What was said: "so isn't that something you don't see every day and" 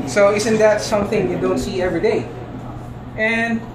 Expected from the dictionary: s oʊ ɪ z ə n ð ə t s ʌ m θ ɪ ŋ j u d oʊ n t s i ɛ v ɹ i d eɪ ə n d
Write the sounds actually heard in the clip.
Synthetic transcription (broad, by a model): s oʊ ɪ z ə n ð ə t s ʌ m θ ɪ ŋ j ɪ d oʊ n t s i ɛ v ɹ i d eɪ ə n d